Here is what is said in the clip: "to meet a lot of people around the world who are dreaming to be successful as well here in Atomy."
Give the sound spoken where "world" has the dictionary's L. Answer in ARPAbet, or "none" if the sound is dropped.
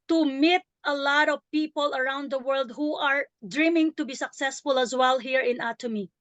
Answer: L